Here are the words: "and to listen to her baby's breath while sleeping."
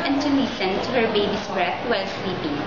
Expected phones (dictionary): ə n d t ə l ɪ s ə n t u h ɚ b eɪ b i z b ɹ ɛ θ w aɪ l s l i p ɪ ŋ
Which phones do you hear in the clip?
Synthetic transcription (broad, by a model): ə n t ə n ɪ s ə n t u h ɚ b eɪ b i s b ɹ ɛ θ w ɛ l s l i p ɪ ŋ